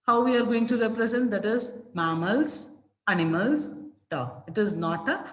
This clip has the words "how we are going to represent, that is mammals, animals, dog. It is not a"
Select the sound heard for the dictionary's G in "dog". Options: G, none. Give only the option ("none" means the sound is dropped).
none